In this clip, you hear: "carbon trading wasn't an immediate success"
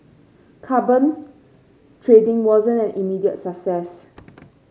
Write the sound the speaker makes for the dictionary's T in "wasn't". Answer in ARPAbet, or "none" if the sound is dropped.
none